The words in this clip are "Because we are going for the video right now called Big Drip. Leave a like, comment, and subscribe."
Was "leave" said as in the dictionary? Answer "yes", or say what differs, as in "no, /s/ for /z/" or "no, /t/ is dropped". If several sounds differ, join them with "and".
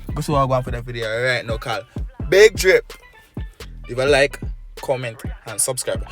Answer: no, /v/ is dropped